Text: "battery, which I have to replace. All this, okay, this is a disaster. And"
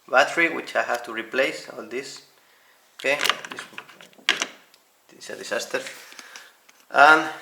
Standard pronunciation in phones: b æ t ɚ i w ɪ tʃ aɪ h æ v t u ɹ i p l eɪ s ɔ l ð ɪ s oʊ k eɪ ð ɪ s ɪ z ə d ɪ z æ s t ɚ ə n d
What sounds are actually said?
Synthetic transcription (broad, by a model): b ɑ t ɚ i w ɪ tʃ aɪ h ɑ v t u ɹ i p l eɪ s ɔ l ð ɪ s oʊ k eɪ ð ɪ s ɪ s ə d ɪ s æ s t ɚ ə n